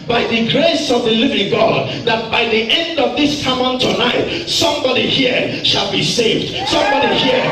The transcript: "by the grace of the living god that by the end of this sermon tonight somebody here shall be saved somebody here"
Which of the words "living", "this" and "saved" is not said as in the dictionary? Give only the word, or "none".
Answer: none